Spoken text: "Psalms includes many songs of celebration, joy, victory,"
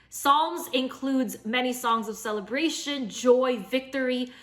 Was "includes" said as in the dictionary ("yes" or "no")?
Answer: yes